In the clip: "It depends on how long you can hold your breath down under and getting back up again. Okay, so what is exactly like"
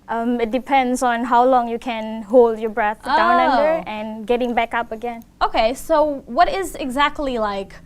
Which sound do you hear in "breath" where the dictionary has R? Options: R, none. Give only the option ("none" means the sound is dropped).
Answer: R